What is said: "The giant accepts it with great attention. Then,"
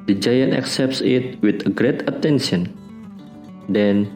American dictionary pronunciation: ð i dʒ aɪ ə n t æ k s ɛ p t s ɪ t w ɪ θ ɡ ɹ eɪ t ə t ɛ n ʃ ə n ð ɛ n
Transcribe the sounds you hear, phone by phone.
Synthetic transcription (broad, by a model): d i dʒ aɪ ə n t æ k s ɛ p t s ɪ t w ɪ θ ɡ ɹ eɪ t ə t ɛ n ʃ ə n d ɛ n